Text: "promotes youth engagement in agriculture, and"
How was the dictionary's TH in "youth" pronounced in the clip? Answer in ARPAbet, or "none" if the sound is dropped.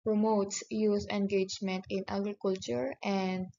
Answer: S